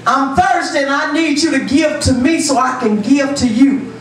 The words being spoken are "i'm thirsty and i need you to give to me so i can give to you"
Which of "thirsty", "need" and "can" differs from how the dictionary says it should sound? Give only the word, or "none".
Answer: thirsty